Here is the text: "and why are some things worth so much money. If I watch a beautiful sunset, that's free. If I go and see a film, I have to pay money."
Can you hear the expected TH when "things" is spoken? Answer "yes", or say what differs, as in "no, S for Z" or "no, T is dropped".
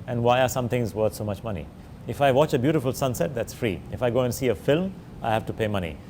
no, T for TH